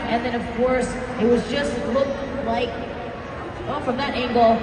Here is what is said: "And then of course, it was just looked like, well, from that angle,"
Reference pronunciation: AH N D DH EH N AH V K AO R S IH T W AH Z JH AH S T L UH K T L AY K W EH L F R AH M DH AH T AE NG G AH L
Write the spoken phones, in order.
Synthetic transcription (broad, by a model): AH N DH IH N AH V K AO R S IH T W AH Z JH AH S T L UH K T L AY K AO F R AH M DH AH T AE NG G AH L